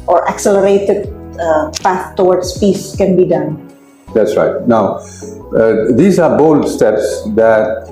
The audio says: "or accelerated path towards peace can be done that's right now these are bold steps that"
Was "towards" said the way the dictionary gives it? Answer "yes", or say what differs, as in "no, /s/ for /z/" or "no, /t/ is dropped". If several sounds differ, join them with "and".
no, /w/ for /ɹ/ and /s/ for /z/